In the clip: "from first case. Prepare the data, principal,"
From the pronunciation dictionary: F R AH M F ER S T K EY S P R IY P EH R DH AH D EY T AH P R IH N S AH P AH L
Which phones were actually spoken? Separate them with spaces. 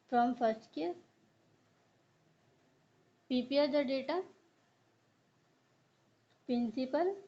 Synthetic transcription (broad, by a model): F R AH M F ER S T K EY P IY P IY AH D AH D EY T AH P R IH N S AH P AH L